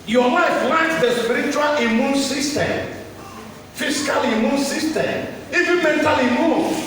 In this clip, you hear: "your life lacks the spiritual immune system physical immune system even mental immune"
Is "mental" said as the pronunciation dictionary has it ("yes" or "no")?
yes